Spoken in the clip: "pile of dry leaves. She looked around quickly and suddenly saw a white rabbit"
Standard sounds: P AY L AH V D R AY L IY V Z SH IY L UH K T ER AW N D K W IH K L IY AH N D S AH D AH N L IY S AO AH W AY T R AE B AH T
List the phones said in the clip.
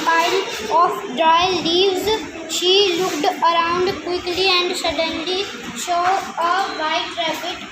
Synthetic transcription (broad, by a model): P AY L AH F D R AY L IY V Z SH IY L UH K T ER AW N D K W IH K L IY AH N D S AH D AH N L IY SH AO AH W AY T R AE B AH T